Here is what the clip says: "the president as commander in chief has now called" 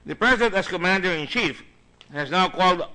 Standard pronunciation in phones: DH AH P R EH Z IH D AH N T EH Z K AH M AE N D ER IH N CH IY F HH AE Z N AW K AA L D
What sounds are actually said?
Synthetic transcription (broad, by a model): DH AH P R EH Z IH D AH N T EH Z K AH M AE N D ER IH N CH IY F HH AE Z N AW K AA L D